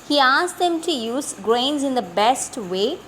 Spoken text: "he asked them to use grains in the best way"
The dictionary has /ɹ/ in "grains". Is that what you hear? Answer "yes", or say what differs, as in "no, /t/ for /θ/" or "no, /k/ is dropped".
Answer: yes